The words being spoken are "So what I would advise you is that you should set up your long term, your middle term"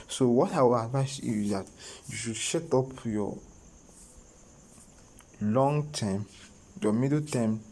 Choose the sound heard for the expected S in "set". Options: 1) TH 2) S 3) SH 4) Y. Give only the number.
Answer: 3